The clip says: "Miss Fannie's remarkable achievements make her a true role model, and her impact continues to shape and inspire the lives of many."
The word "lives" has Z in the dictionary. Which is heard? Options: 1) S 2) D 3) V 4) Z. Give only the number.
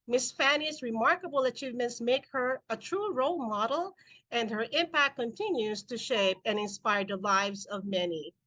4